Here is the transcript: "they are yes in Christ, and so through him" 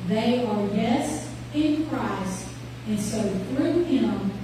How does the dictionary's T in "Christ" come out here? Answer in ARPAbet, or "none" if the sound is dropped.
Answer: T